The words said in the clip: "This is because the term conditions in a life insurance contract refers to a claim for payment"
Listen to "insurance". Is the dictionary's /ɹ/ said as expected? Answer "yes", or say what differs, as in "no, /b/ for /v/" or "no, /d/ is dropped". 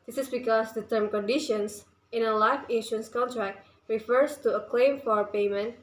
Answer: no, /ɹ/ is dropped